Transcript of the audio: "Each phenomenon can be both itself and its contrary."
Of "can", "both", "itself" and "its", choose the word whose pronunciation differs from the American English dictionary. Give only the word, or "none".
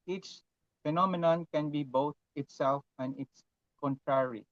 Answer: both